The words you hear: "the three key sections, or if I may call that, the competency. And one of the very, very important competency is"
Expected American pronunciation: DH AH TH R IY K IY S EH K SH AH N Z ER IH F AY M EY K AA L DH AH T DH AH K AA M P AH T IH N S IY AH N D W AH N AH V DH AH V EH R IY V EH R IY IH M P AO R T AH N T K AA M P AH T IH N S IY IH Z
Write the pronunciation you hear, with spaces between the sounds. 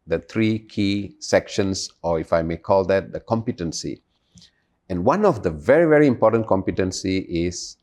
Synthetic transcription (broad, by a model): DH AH T R IY K IY S EH K SH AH N S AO IH F AY M EY K AA L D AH T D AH K AA M P AH T IH N S IY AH N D W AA N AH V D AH V EH R IY V EH R IY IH M P AO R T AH N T K AA M P AH T IH N S IY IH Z